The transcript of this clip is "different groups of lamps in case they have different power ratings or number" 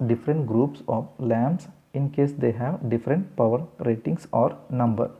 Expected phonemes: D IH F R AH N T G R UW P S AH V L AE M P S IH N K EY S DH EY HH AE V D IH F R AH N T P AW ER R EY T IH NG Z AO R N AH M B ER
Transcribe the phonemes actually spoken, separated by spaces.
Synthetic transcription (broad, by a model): D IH F R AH N T G R UW P S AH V L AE M B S IH N K EY S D EY HH AE V D IH F R AH N T P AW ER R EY T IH NG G AO R N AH M B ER